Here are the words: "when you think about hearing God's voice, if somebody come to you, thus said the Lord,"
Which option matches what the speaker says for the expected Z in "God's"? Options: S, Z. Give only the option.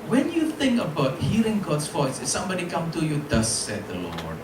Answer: S